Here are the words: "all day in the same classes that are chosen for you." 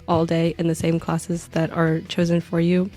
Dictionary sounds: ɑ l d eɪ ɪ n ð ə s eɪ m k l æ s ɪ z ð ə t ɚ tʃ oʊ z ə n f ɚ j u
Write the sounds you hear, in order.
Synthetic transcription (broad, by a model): ɑ l d eɪ ɪ n ð ə s eɪ m k l æ s ɪ z ð ə t ɚ tʃ oʊ z ə n f ɚ j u